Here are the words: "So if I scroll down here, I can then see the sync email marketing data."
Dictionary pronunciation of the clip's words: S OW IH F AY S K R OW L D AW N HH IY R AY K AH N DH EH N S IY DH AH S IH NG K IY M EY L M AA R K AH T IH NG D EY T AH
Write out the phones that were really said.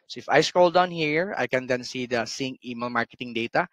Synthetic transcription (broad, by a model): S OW IH F AY S K OW L D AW N HH IY R AY K AH N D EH N S IY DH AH S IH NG IY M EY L M AA R K AH T IH NG D EY T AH